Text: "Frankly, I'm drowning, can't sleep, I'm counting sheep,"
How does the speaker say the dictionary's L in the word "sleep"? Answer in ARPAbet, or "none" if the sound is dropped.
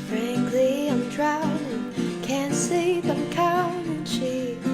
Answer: none